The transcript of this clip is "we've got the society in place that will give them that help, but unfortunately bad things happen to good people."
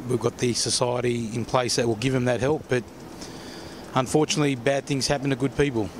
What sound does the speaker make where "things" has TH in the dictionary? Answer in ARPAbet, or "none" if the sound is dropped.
TH